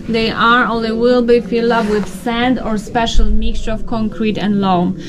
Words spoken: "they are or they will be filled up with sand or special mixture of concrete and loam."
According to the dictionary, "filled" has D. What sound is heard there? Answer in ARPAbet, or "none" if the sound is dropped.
none